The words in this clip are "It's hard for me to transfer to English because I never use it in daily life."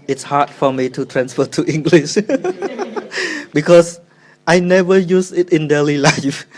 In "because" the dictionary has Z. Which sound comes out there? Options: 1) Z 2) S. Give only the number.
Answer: 2